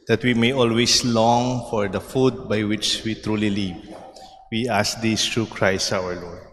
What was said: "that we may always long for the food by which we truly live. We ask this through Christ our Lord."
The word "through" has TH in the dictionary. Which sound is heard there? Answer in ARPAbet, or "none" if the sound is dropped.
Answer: T